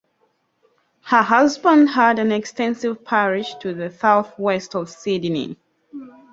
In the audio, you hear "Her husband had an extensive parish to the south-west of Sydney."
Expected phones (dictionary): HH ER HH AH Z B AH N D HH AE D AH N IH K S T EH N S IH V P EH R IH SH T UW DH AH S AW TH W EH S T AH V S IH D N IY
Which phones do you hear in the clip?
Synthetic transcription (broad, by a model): HH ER HH AH Z B AH N D HH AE D AH N IH K S T EH N S IH V P EH R IH SH T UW DH AH S AW TH W EH S T AH V S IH D N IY